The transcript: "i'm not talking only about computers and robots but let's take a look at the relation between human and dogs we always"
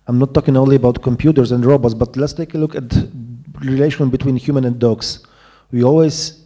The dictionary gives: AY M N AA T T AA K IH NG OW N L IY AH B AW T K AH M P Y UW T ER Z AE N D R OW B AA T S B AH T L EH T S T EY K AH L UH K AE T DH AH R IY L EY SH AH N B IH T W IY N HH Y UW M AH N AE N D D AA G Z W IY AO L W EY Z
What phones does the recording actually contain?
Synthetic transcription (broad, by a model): AY M N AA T T AA K IH NG OW N L IY AH B AW T K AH M P Y UW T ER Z AE N D R OW B AA T S B AH T L EH T S T EY K AH L UH K AE T R IY L EY SH AH N B IH T W IY N HH Y UW M AH N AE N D D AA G S W IY AO L W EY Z